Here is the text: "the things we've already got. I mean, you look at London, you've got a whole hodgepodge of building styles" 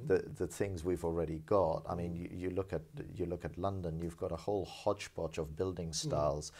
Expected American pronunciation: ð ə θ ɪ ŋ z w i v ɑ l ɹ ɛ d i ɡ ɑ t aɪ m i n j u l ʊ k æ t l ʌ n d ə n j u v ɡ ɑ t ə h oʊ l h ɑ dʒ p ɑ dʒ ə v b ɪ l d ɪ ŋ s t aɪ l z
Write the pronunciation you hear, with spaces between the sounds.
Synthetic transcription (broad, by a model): ð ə θ ɪ ŋ z w i v l ɹ ɛ d i ɡ ɑ t aɪ m i n j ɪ l ʊ k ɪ t l ʌ n d ə n j u v ɡ ɑ t ə h oʊ l h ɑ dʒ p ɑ tʃ ə v b ɪ l d ɪ ŋ s t aɪ l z